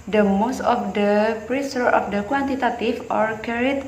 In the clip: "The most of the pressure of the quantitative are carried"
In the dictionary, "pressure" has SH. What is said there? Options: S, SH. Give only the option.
S